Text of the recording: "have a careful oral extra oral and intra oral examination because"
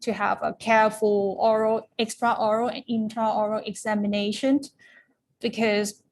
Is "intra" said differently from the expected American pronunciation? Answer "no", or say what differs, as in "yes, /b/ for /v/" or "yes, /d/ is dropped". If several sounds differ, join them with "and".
yes, /ɹ/ is dropped